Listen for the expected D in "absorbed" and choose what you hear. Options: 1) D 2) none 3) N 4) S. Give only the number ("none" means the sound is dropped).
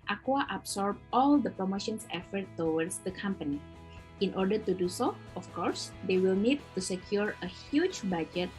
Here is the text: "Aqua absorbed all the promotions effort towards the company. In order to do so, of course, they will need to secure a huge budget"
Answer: 2